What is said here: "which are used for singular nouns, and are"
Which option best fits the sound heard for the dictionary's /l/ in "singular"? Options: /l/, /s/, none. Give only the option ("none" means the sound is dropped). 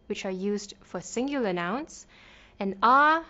none